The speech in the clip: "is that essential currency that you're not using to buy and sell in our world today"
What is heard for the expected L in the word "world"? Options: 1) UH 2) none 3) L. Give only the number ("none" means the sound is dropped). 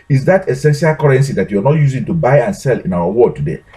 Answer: 2